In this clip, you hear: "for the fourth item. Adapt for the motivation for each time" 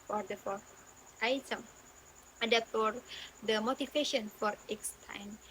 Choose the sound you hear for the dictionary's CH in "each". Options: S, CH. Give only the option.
S